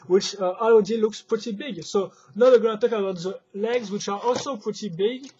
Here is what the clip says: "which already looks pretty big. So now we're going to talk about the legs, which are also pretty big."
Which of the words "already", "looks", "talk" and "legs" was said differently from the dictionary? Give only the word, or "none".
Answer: already